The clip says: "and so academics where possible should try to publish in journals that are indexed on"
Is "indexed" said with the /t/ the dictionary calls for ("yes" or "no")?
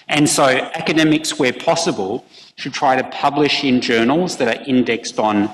yes